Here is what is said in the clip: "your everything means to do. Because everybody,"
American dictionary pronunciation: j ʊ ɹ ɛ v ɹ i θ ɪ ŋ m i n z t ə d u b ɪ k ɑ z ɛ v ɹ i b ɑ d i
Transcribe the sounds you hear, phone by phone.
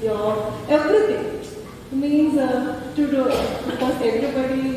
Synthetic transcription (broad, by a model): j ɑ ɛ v ɹ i t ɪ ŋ m i n z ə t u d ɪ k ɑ s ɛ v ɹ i b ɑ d i